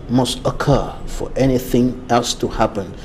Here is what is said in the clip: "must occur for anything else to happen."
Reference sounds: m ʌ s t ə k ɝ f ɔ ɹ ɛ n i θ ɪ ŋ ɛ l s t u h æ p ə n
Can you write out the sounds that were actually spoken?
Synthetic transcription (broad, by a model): m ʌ s t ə k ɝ f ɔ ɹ ɛ n i θ ɪ ŋ ɛ l s t u h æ p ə n